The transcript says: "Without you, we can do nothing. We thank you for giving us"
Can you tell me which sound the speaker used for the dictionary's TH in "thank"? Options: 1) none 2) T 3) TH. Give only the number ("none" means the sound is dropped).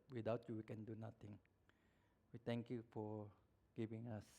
2